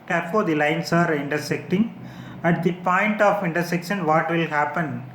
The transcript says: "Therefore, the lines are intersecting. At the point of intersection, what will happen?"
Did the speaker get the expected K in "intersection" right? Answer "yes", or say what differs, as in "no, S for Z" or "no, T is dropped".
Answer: yes